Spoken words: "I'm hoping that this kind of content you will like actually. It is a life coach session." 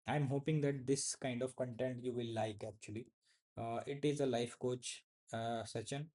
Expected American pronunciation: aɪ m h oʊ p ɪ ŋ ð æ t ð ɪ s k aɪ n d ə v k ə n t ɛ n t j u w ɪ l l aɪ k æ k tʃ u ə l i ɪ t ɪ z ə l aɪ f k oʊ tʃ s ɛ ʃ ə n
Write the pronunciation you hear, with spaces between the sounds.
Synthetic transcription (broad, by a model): aɪ m h oʊ p ɪ ŋ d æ t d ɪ s k aɪ n d ə v k ə n t ɛ n t j u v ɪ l l aɪ k æ k tʃ u ə l i ɪ t ɪ z ə l aɪ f k oʊ tʃ s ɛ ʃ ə n